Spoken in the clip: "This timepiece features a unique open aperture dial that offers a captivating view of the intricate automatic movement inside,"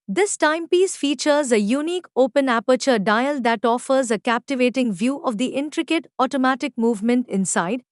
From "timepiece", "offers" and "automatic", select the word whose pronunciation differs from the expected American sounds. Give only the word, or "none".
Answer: none